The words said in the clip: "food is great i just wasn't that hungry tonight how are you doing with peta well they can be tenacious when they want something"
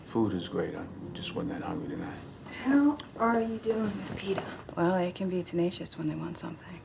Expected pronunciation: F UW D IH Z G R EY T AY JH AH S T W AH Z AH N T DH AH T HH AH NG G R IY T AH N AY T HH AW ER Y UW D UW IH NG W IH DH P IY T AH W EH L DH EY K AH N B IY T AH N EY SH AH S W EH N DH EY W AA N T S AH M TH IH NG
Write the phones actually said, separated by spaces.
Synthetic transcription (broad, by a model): F UW D IH Z G R EY T AY JH AH S T W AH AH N DH AH T HH AH NG G R IY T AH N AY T HH AW ER Y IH D UW IH NG W IH DH P IY T AH W EH L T K AH N B IY T AH N EY SH AH S W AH N DH EY W AA N T S AH M TH IH NG